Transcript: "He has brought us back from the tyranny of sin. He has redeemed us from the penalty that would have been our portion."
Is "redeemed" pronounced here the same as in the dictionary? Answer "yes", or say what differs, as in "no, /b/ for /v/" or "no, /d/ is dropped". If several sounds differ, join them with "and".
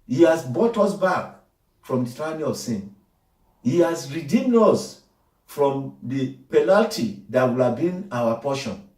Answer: yes